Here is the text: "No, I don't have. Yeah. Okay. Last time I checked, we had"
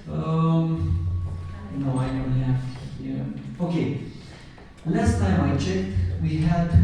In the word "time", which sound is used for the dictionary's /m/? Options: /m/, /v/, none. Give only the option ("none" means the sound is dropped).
/m/